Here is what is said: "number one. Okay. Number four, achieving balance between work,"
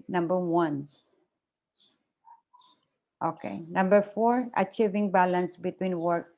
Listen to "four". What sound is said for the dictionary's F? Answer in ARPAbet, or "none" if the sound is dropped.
F